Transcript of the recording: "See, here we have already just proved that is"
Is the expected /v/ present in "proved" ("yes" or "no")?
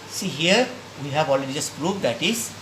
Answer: no